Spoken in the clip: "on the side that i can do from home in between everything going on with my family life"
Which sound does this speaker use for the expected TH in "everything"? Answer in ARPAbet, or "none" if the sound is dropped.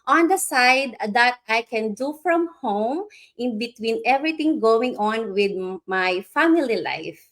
T